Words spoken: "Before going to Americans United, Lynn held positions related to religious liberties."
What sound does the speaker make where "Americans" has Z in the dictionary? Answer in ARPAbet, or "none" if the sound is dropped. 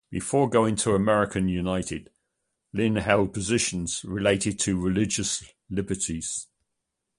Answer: none